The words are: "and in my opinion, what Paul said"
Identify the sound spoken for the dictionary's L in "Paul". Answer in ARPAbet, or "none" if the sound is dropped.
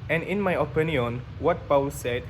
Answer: W